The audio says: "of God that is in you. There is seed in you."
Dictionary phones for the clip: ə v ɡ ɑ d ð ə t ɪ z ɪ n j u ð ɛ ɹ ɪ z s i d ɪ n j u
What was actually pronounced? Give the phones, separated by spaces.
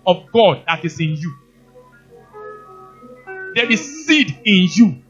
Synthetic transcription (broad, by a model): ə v ɡ ɑ d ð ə t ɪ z ɪ n j u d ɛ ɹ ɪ s i d ɪ n j u